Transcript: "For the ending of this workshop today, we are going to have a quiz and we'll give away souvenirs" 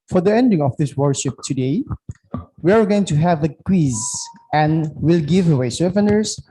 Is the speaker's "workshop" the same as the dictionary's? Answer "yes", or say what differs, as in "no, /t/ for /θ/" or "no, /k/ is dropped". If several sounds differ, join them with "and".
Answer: no, /k/ is dropped